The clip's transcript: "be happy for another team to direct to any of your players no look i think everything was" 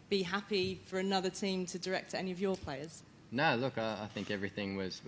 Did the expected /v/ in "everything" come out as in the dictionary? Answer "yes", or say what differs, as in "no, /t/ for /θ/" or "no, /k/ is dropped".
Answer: yes